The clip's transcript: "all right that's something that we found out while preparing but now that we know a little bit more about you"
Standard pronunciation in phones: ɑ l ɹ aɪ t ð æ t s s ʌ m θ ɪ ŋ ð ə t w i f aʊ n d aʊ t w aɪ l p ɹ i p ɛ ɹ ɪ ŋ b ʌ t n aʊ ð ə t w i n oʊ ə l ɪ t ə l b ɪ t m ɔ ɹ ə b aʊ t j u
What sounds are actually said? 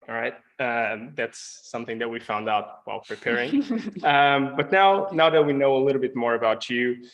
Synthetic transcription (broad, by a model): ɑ ɹ aɪ t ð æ t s s ʌ m θ ɪ ŋ ð ə t w i f aʊ n d aʊ t w aɪ l p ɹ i p ɛ ɹ ɪ ŋ b ʌ t n aʊ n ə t w i n oʊ ə l ɪ t l b ɪ t m ɔ ɹ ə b aʊ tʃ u